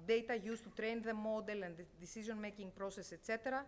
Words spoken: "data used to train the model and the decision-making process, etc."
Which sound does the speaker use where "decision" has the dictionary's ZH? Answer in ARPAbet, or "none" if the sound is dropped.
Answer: Z